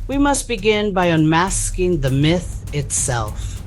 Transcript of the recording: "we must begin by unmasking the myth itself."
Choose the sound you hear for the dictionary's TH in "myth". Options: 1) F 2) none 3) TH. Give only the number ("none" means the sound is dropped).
3